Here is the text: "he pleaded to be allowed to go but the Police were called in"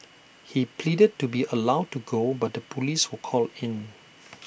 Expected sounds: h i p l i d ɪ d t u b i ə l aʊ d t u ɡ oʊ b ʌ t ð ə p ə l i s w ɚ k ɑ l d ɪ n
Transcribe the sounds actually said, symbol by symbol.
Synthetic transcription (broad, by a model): h i p l i d ɪ d t u b i ə l aʊ d t u ɡ oʊ b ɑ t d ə p ə l i s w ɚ k ɑ l ɪ n